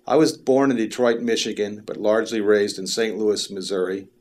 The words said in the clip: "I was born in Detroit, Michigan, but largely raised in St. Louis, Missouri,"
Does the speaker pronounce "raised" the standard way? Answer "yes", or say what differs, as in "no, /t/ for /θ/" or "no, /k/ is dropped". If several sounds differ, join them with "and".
yes